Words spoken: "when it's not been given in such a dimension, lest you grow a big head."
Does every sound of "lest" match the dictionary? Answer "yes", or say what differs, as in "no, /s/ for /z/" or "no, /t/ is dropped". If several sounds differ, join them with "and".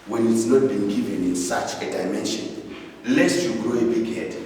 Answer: no, /s/ is dropped